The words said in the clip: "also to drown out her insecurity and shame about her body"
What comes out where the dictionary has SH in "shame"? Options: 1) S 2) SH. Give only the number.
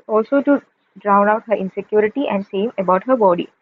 1